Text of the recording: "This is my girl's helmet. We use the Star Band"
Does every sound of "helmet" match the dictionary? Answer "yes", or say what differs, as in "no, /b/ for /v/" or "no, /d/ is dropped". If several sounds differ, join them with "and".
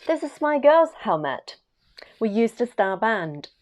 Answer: yes